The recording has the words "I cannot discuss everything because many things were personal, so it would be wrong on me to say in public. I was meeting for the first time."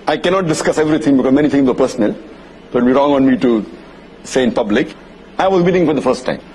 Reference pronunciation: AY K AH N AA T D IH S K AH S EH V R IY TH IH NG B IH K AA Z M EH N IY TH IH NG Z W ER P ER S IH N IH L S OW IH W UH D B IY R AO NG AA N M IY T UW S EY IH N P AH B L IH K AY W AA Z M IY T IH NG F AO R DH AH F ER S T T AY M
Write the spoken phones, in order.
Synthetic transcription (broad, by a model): AY K AH N AA T D IH S K AH S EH V R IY T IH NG B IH K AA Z M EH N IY T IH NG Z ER P ER S IH N IH L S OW IH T B IY R AO NG AA N M IY T UW S EY IH N P AH B L IH K AY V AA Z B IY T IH NG F AO R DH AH F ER S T T AY M